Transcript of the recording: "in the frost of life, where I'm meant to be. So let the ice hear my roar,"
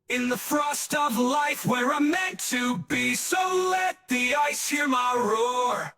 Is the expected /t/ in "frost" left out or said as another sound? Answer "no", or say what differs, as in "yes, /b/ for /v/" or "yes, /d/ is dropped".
no